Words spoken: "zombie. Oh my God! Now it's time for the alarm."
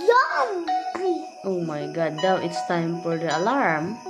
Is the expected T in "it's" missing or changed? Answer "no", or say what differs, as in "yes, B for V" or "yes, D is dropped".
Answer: no